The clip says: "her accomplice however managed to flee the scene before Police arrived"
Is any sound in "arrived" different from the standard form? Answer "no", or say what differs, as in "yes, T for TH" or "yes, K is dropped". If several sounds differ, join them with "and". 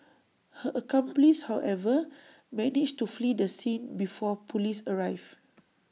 yes, D is dropped